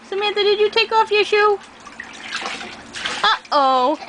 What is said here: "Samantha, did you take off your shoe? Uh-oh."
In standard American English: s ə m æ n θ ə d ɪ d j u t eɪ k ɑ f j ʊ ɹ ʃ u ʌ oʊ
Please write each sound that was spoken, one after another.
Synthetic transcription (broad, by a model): s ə m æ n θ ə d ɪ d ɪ t eɪ k ɑ f j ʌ ɹ ʃ u ʌ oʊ